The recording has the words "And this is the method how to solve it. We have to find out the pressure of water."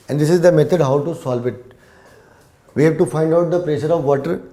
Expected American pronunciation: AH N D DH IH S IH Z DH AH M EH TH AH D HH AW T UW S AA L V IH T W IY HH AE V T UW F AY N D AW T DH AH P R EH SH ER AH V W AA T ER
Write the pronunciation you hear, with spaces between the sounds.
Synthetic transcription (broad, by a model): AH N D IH S IH Z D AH M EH T AH D HH AW T UW S AA L V IH T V IY HH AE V T UW F AY N D AW T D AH P R EH SH ER AH V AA T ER